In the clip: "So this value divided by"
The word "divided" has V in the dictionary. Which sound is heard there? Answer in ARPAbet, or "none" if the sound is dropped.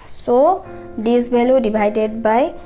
B